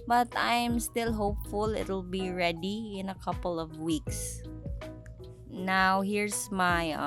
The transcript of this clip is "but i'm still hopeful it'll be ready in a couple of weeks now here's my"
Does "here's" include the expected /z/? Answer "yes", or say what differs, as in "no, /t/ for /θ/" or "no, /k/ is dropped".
no, /s/ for /z/